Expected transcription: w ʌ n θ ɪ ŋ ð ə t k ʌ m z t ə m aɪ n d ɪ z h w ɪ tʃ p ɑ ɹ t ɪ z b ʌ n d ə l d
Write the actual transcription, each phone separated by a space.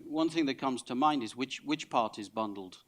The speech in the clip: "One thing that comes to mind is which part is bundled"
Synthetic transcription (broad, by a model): w ʌ n θ ɪ ŋ ð ə t k ʌ m z t ə m aɪ n d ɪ z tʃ w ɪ tʃ p ɑ ɹ t ɪ z b ʌ n d l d